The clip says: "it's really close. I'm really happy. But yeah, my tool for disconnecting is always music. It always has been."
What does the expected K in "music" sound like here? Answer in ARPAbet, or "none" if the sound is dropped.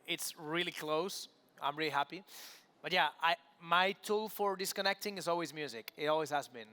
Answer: K